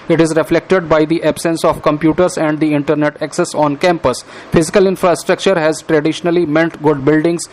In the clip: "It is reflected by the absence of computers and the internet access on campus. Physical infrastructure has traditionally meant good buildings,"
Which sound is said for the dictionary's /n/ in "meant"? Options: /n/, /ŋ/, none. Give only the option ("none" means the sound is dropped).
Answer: /n/